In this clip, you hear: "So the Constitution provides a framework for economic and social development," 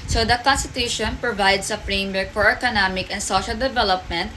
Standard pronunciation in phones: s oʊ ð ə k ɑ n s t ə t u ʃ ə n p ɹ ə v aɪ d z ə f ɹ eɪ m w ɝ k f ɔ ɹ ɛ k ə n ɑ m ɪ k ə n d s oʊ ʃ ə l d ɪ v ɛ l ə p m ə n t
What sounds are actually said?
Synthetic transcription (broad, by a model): s oʊ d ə k ɑ n s t ə t u ʃ ə n p ɹ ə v aɪ d s ə f ɹ eɪ m w ɝ k f ɔ ɹ ɛ k ə n ɑ m ɪ k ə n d s oʊ ʃ ə l d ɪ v ɛ l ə p m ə n t